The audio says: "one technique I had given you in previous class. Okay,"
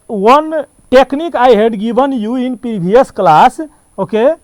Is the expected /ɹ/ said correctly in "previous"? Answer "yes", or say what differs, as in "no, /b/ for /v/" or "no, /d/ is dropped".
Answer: no, /ɹ/ is dropped